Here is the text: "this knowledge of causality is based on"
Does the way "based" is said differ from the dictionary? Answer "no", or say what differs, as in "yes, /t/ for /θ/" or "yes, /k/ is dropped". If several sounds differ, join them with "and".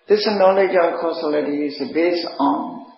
yes, /t/ is dropped